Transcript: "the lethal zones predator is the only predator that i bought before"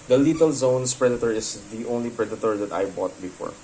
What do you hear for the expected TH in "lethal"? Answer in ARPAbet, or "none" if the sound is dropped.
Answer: T